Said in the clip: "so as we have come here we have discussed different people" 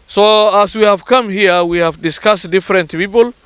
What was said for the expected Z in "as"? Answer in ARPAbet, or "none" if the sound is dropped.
S